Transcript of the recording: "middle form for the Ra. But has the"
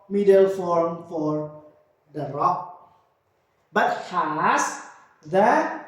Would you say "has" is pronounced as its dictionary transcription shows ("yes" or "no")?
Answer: no